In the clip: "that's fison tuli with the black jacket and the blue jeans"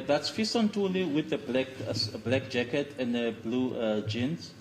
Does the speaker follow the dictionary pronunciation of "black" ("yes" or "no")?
yes